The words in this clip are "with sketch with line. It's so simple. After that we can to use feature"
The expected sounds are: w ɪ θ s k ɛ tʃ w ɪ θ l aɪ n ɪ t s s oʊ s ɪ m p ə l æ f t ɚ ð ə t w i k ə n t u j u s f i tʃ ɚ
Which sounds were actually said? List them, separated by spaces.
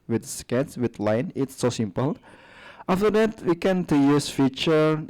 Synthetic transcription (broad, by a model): w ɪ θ s k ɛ s w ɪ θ l aɪ n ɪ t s s oʊ s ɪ m p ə l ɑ f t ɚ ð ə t w i k ə n t u j u s f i tʃ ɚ